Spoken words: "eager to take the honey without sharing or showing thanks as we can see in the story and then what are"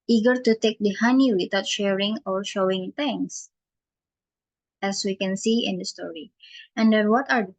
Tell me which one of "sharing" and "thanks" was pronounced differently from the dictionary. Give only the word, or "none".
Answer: thanks